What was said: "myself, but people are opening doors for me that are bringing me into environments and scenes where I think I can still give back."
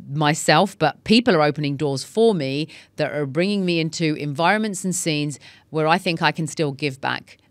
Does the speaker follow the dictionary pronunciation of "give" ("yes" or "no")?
yes